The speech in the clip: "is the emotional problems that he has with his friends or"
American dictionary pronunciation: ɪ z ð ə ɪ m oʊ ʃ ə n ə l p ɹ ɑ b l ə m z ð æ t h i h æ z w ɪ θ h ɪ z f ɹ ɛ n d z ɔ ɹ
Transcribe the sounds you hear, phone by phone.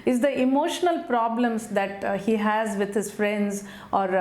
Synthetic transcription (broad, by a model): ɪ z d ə ɪ m oʊ ʃ ə n ə l p ɹ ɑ b l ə m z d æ t h i h æ z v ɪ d h ɪ z f ɹ ɛ n d z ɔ ɹ